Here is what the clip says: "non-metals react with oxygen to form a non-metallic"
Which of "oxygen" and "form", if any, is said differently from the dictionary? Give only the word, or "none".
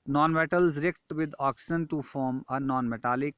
oxygen